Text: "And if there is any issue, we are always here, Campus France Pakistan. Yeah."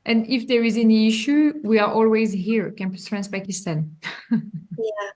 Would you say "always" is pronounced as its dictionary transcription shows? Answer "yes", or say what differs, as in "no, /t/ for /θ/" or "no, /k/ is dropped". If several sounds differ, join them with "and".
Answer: yes